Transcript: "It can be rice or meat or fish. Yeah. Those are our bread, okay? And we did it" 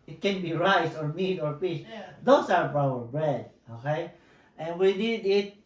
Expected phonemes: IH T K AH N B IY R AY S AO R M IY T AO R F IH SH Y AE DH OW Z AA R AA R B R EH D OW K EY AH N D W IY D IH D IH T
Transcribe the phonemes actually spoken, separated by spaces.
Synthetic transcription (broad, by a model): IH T K AH N B IY R AY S AO R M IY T AO R P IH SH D OW S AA R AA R B R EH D OW K EY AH N W IY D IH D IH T